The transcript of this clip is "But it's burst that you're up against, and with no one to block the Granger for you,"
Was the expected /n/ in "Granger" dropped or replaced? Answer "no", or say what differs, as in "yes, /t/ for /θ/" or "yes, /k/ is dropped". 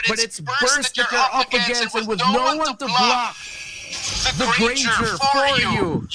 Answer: yes, /n/ is dropped